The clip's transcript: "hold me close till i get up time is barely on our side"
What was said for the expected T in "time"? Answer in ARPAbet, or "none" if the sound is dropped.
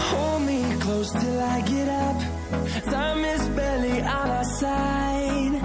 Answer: S